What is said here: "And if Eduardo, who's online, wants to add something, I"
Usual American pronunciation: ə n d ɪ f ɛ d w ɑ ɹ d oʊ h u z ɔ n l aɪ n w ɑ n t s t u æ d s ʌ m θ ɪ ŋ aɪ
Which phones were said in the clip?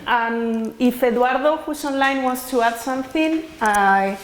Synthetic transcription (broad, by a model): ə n ɪ f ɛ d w ɑ ɹ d oʊ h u s ɔ n l aɪ n w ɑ n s t u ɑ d s ʌ m θ ɪ ŋ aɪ